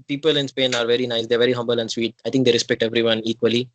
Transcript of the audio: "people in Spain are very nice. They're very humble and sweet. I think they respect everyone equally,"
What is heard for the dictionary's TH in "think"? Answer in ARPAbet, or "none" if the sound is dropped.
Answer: T